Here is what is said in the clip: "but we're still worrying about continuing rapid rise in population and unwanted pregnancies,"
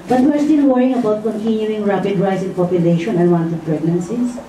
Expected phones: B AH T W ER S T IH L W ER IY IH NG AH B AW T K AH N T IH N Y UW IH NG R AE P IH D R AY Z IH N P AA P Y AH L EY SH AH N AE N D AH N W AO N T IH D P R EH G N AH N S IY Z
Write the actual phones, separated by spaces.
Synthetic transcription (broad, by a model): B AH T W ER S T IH N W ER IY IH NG AH B AW T K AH N T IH N Y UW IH NG R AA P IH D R AY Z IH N P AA P Y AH L EY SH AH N N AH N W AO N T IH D P R EH G N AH N S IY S